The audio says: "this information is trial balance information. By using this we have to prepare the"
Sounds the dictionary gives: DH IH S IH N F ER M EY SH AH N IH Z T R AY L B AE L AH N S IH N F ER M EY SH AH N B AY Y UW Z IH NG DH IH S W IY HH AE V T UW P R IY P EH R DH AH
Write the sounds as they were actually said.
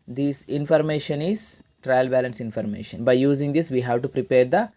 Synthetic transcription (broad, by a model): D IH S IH N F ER M EY SH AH N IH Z T R AY L B AE L AH N S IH N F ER M EY SH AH N B AY Y UW Z IH NG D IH S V IY HH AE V T UW P R IY P EH R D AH